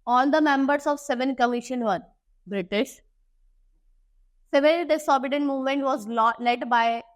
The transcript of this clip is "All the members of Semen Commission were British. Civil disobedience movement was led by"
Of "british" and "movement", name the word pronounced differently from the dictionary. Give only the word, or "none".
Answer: none